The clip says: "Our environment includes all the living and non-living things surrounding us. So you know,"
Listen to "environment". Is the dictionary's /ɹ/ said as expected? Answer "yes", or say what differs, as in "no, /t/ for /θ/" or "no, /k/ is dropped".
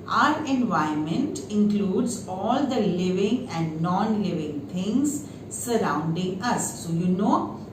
no, /ɹ/ is dropped